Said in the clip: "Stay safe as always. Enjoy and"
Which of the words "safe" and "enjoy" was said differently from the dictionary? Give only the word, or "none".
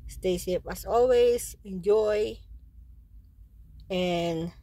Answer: safe